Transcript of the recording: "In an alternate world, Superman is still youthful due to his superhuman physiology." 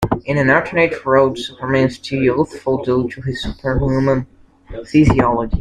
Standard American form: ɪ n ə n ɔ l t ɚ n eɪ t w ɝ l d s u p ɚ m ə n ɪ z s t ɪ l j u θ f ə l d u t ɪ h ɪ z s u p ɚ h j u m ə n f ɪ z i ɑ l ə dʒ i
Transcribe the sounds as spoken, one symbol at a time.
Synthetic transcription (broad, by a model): ɪ n ə n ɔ t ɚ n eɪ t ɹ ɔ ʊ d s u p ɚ m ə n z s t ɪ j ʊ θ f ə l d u t ɪ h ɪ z s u p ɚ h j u m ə n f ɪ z i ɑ l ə dʒ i